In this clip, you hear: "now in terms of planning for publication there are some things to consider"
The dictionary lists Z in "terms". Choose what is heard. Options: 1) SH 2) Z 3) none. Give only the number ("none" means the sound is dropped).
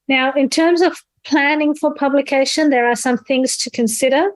2